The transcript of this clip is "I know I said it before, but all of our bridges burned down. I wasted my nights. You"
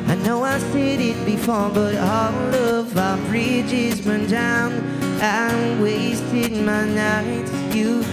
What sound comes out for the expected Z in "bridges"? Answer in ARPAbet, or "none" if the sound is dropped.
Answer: Z